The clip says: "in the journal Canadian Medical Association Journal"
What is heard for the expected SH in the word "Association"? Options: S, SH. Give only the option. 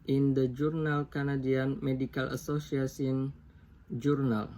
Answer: S